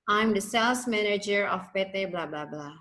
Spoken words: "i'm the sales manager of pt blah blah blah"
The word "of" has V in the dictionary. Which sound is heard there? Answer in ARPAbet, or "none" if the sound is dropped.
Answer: P